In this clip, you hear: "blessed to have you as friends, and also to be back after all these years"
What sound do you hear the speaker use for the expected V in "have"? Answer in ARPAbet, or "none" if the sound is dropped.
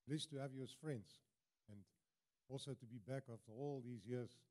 V